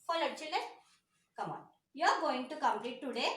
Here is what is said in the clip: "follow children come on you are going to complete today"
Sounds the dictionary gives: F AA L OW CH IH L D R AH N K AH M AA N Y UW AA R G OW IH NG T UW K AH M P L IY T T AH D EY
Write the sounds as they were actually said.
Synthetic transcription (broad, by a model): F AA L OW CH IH L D AH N K AH M AA N Y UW AA R G OW IH NG T UW K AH M P L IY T T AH D EY